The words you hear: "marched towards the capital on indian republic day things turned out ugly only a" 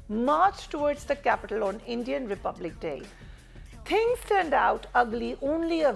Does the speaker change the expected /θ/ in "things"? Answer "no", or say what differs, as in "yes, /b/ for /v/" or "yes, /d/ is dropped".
yes, /t/ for /θ/